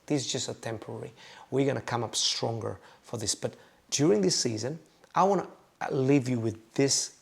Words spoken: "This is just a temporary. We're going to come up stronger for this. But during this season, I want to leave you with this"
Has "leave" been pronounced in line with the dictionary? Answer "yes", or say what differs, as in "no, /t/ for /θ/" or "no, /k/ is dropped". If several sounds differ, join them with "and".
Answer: yes